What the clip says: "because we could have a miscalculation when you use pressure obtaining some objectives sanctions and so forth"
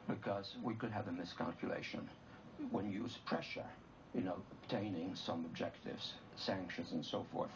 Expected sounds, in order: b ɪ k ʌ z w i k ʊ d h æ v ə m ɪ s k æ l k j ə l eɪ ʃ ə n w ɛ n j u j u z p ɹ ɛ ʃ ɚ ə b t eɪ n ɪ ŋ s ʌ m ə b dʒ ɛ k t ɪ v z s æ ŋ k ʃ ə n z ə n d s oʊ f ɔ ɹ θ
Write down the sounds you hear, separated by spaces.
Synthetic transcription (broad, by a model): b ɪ k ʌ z w i k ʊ d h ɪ v ə m ɪ s k æ l k j ə l eɪ ʃ ə n w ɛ n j j u z p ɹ ɛ ʃ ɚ ə b t eɪ n ɪ ŋ s ʌ m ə b dʒ ɛ k t ɪ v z s æ ŋ k ʃ ə n z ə n s oʊ f ɔ ɹ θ